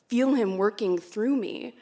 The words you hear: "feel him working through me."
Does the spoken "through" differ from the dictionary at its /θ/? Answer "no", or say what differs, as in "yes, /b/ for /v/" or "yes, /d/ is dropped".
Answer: no